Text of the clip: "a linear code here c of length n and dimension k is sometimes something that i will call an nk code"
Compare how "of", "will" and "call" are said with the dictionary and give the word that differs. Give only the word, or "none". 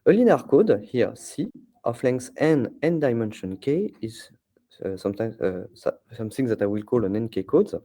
of